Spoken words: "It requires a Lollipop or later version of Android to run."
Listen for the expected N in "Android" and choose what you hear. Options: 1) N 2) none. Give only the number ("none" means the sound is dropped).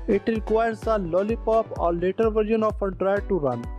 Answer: 2